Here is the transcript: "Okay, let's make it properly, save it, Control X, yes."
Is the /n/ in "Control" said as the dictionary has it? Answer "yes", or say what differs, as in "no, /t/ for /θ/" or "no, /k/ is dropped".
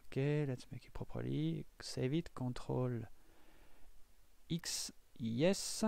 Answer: no, /n/ is dropped